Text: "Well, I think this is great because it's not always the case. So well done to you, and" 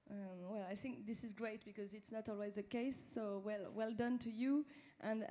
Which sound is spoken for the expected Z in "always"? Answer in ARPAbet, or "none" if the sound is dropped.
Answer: Z